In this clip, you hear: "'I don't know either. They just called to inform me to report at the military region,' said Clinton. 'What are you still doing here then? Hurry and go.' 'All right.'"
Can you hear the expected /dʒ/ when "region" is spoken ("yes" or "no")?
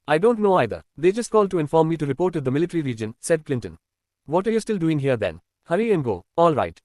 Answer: yes